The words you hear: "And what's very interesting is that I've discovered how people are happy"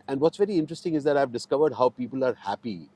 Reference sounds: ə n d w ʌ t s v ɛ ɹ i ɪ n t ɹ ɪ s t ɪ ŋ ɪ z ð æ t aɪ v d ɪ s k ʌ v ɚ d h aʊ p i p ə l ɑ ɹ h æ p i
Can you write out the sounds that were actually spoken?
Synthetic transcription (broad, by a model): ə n d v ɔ t s v ɛ ɹ i ɪ n t ɹ ɪ s t ɪ ŋ ɪ z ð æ t aɪ v d ɪ s k ʌ v ɚ d h aʊ p i p ə l ɑ ɹ h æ p i